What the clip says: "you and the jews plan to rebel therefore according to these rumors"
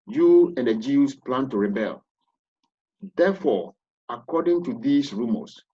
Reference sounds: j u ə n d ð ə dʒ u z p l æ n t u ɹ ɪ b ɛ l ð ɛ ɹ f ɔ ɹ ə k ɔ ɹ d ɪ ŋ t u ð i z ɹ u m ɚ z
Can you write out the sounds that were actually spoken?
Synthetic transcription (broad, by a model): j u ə n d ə dʒ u s p l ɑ n t u ɹ ɪ b ɛ l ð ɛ f ɔ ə k ɔ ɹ d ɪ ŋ t u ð i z ɹ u m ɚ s